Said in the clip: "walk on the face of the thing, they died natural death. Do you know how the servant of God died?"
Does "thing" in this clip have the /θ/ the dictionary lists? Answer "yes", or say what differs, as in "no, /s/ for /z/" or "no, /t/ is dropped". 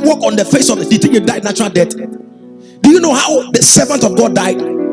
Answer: no, /t/ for /θ/